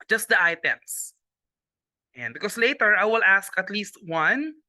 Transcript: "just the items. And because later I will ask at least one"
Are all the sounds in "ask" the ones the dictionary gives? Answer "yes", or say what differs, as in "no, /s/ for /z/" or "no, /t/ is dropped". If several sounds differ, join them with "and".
yes